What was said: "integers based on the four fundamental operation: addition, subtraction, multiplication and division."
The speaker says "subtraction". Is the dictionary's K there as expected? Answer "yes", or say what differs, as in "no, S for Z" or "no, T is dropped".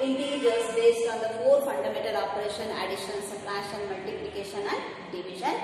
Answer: no, K is dropped